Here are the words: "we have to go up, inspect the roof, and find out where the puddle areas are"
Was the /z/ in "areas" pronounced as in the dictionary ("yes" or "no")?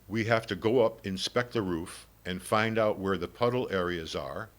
yes